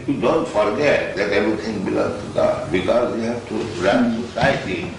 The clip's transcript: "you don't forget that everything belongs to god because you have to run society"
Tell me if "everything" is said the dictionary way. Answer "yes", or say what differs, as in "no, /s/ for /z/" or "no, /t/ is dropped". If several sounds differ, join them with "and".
no, /t/ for /θ/